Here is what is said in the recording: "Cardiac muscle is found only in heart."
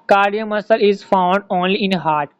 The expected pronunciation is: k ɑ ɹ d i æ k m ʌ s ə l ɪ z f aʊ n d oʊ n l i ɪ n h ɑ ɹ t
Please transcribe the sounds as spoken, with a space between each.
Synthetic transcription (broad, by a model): k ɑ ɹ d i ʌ m ʌ s ə l ɪ z f aʊ n d oʊ n l i ɪ n h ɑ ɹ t